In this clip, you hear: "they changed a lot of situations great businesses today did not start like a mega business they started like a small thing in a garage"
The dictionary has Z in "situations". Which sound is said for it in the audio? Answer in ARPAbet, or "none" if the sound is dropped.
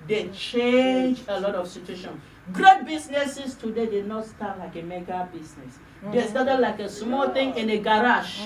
none